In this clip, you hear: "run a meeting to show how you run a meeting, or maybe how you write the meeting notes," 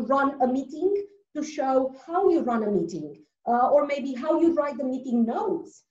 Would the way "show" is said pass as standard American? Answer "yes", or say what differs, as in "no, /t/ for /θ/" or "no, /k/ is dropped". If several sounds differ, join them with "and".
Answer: yes